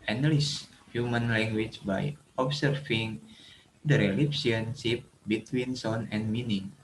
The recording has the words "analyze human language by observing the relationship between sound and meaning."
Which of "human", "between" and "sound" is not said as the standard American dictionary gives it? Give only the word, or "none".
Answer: sound